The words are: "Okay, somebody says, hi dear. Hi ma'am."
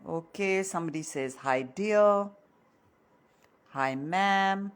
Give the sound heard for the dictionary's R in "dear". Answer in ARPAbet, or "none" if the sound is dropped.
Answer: L